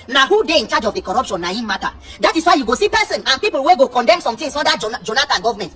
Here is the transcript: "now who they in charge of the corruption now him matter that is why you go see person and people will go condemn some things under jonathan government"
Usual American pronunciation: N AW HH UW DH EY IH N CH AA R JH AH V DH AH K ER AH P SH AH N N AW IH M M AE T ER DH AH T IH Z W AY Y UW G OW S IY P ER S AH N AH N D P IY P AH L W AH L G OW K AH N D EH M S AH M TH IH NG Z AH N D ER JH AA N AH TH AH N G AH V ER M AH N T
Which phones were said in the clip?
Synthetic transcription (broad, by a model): N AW HH UW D EY IH N CH AA JH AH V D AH K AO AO P SH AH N N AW IH M M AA T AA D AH T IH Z W AY Y UW G OW S IY P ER S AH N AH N P IY P AH L W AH G OW K AH N D EH M S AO M T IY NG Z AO D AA JH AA N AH T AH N G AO V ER M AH N T